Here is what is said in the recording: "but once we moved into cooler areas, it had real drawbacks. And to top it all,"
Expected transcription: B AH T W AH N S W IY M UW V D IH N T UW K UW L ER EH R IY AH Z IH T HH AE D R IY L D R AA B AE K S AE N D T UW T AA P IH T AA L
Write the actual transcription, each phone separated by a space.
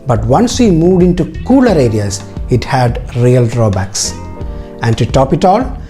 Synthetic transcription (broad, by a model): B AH T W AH N S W IY M UW V D IH N T UW K UW L ER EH R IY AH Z IH T HH AE D R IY L D R AA B AE K S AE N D T UW T AA P IH T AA L